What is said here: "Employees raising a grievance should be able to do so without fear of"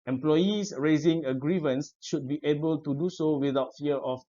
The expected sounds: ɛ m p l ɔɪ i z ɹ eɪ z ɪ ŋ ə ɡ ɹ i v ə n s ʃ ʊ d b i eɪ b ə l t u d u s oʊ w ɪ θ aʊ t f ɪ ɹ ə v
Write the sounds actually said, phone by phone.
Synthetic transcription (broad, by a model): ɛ m p l ɔɪ i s ɹ eɪ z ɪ ŋ ə ɡ ɹ i v ə n s ʃ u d b i eɪ b ə l t u d u s oʊ w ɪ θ aʊ t f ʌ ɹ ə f